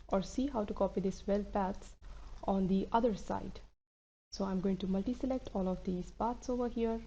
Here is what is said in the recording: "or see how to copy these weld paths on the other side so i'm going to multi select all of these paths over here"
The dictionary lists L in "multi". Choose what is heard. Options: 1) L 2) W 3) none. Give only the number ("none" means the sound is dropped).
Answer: 1